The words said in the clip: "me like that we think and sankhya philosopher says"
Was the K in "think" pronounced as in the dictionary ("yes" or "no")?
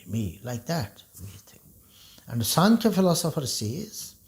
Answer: no